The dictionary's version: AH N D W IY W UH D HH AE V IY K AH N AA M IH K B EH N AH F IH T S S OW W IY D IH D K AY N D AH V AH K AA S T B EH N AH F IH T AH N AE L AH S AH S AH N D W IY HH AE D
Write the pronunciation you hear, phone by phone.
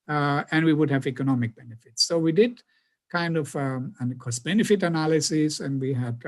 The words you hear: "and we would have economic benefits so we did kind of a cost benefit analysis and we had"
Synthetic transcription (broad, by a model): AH N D W IY W UH D HH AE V IY K AH N AA M IH K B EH N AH F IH T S S OW W IY D IH D K AY N D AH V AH K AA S B EH N AH F IH T AH N AE L AH S AH S AH N D W IY HH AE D